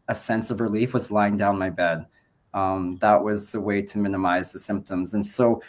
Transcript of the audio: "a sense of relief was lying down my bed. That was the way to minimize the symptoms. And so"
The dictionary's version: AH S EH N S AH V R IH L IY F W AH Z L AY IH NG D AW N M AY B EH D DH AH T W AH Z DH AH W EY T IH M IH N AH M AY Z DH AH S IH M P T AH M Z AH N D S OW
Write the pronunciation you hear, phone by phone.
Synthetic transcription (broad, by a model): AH S EH N S AH V R IH L IY F W AH Z L AY IH NG D AW N M AY B EH D DH AH T W AH Z DH AH W EY T IH M IH N AH M AY Z DH AH S IH M P T AH M Z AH N S OW